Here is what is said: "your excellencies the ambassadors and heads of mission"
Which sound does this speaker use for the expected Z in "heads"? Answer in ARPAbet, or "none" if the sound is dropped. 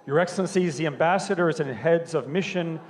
Z